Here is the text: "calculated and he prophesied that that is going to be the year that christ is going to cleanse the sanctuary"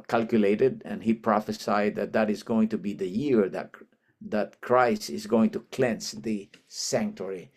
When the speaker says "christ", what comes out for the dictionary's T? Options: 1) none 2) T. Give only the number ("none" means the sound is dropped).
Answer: 1